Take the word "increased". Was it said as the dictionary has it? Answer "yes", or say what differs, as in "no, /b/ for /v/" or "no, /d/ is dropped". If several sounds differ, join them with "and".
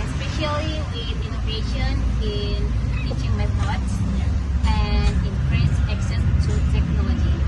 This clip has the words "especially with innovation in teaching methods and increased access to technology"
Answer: no, /t/ is dropped